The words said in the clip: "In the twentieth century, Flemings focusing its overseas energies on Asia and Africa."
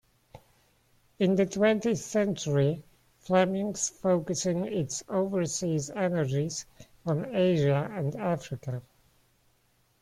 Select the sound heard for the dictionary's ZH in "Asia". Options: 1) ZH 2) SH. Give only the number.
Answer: 1